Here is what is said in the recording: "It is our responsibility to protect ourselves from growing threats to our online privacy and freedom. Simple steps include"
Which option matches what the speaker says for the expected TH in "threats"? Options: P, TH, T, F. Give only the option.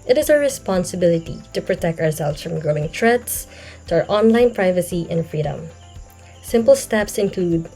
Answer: T